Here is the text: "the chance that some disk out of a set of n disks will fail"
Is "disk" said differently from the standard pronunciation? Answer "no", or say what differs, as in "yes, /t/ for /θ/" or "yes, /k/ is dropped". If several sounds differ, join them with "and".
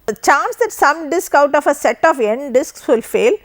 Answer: no